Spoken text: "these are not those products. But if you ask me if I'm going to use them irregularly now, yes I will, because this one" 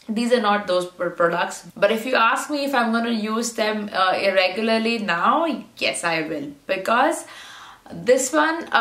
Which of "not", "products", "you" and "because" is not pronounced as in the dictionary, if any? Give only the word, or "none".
none